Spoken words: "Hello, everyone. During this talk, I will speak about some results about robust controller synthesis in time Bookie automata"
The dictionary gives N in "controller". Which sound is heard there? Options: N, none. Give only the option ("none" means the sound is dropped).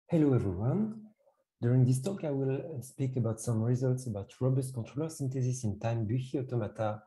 N